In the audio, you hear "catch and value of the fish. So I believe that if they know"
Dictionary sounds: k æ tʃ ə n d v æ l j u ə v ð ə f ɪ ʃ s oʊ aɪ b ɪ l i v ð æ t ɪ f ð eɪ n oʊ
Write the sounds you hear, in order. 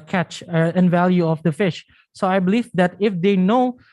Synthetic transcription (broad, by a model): k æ tʃ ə n v æ l j u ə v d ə f ɪ ʃ s oʊ aɪ b ɪ l i v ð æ t ɪ f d eɪ n oʊ